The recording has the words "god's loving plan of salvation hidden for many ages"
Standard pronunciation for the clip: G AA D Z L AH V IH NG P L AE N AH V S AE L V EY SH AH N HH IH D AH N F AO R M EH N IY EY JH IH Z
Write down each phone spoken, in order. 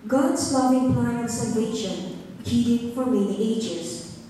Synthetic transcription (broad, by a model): G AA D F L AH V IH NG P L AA AH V S AE L V EY SH AH N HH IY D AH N F AO R M EH N IY EY JH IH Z